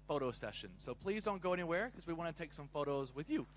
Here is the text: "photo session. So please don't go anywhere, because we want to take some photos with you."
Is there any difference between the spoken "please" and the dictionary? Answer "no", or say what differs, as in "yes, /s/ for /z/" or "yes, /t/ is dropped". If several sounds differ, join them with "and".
no